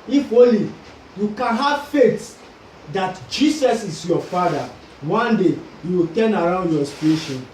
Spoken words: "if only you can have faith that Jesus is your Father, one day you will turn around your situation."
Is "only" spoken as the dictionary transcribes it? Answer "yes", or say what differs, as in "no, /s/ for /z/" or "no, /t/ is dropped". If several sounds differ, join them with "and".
no, /n/ is dropped